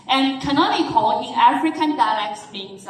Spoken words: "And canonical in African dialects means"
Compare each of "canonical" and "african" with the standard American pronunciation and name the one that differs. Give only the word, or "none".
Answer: canonical